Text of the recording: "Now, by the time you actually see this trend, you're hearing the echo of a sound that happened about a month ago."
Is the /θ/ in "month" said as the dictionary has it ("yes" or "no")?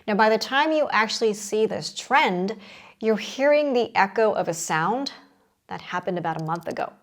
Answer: yes